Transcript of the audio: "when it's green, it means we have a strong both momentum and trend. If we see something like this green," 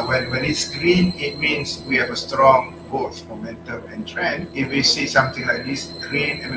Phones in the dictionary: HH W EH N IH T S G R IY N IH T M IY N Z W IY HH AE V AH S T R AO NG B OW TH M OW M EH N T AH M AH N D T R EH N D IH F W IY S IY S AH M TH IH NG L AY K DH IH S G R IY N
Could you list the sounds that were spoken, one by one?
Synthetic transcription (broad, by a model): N W EH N IH T S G R IY N IH T M IY N S W IY HH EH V AH S T R AO NG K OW T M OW M EH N T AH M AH N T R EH N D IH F W IY S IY S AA M T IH NG L AY K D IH S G R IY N